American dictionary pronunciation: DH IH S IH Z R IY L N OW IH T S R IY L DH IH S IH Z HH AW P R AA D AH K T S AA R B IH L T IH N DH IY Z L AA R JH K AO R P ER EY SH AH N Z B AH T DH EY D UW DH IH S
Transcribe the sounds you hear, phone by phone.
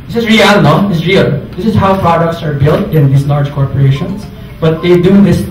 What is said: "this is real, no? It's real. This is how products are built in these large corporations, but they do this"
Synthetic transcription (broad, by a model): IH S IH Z R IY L N OW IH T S R IY L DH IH S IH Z HH AW P R AA D AH K T S AA R B IH L T IH N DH IY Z L AA R JH K AO R P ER EY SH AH N S B AH T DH EY D UW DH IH S